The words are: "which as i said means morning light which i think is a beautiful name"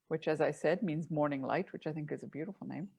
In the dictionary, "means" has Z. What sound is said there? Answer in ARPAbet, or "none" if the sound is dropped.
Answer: Z